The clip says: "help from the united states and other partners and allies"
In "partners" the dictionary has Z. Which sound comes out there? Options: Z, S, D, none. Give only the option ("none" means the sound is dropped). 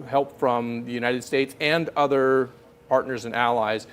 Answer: Z